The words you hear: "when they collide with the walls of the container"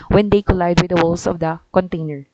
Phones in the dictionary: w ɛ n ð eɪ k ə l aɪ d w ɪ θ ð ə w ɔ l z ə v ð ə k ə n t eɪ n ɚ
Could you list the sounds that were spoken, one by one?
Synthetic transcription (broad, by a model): w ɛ n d eɪ k ə l aɪ d w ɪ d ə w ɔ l s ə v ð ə k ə n t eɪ n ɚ